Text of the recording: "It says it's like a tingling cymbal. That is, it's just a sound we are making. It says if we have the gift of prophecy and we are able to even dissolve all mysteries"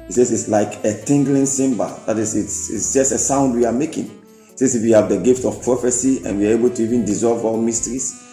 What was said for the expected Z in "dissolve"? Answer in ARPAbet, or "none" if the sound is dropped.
Z